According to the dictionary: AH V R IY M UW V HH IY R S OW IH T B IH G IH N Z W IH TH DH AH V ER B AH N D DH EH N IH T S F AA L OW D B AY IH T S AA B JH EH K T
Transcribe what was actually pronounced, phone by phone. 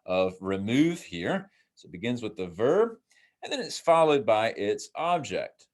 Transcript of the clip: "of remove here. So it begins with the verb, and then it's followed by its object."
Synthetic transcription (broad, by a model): AH V R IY M UW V HH IY R S OW IH T B IH G IH N Z W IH DH AH V ER B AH N DH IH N IH T S F AA L OW D B AY IH T S AA B JH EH K T